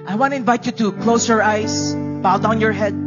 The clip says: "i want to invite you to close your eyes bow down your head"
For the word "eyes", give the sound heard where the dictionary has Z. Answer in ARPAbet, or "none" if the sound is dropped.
S